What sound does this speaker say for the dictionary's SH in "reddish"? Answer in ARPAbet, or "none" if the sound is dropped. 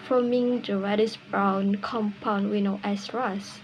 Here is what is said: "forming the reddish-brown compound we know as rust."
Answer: S